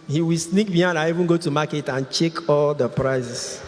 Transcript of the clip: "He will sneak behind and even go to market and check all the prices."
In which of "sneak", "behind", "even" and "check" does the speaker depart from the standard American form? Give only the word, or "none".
behind